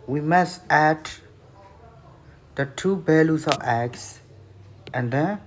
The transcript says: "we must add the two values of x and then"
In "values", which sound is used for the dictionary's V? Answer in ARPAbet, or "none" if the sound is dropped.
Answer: B